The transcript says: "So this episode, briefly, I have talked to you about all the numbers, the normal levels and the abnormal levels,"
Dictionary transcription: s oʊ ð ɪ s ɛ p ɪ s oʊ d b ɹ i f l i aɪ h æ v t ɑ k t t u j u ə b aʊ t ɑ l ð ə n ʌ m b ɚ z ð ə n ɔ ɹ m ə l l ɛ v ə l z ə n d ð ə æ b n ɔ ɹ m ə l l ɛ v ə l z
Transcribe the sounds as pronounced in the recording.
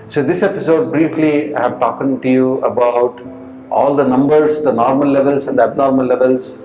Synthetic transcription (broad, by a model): s oʊ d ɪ s ɛ p ɪ s oʊ d b ɹ i f l i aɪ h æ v t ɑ k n t u j u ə b aʊ t ɑ l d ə n ʌ m b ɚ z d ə n ɔ ɹ m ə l l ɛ v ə l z ə n d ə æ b n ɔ ɹ m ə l l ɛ v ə l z